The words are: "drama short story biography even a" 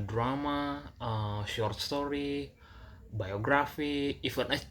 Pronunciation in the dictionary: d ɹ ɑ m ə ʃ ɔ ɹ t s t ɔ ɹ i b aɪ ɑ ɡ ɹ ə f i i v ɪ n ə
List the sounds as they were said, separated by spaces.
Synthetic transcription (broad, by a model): d ɹ ɑ m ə ʃ ɔ ɹ t s t ɔ ɹ i b aɪ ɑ ɡ ɹ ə f i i f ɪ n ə